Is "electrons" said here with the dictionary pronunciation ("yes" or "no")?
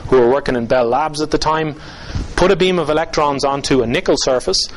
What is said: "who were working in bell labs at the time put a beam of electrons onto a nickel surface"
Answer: yes